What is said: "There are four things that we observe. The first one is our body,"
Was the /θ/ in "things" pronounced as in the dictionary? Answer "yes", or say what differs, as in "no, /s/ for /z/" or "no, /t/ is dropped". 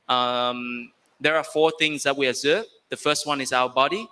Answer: yes